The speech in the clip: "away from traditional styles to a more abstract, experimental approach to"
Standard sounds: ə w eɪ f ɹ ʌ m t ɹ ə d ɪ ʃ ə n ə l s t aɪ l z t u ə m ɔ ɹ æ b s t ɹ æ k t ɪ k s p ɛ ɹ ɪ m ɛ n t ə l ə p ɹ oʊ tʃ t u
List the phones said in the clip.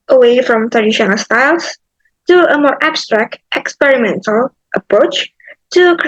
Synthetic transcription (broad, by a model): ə w eɪ f ɹ ʌ m t ɹ ə d ɪ ʃ ə n ə l s t aɪ l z t u ə m ɔ ɹ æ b s t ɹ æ k t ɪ k s p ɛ ɹ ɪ m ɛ n t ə l ə p ɹ oʊ tʃ t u